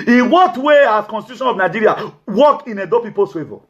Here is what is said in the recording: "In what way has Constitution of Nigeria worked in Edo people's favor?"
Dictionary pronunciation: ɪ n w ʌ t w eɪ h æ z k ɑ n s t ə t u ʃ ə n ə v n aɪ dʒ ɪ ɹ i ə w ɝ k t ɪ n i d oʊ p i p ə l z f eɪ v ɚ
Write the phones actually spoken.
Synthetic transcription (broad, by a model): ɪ n w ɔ t w eɪ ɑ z k ɑ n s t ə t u ʃ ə n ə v n aɪ dʒ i ɹ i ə w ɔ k ɪ n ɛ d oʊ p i p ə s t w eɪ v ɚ